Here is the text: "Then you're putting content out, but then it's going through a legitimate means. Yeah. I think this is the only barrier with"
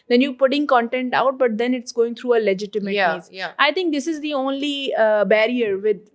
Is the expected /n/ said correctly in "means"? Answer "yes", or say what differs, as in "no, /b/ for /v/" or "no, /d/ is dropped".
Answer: no, /n/ is dropped